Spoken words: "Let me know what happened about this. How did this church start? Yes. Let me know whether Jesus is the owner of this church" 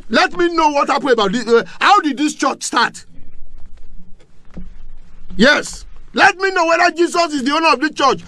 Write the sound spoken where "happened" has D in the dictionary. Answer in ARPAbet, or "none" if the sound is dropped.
none